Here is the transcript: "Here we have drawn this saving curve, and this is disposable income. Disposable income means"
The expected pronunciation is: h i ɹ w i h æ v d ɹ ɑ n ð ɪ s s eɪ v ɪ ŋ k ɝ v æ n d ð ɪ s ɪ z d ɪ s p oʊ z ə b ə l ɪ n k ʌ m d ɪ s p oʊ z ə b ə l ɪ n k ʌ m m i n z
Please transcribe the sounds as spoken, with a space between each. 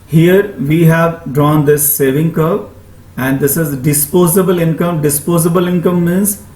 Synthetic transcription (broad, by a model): h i ɹ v i h æ v d ɹ ɑ n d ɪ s s eɪ v ɪ ŋ k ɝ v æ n d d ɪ s ɪ z d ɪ s p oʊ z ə b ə l ɪ n k ʌ m d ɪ s p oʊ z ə b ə l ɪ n k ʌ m m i n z